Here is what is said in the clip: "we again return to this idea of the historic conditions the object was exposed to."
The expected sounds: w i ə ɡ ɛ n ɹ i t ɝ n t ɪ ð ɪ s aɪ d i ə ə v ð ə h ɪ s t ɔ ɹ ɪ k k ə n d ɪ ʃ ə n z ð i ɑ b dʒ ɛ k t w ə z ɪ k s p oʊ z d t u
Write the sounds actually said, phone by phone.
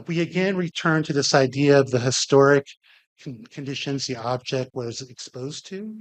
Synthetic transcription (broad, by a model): w i ə ɡ ɛ n ɹ i t ɝ n t ɪ ð ɪ s aɪ d i ə ə v ð ə h ɪ s t ɔ ɹ ɪ k k ə n d ɪ ʃ ə n z ð i ɑ b dʒ ɛ k t w ə z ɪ k s p oʊ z t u